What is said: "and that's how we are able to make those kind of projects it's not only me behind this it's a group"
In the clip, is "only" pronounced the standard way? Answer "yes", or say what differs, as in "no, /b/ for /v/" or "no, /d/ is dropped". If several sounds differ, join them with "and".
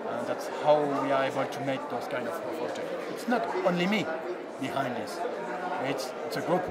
yes